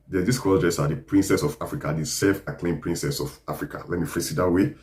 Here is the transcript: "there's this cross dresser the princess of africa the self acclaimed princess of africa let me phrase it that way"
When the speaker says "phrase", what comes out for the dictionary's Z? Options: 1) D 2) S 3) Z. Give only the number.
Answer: 2